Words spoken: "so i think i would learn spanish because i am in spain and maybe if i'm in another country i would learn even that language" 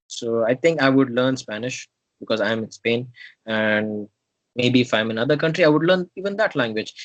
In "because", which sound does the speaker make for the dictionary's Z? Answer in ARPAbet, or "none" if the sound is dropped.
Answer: Z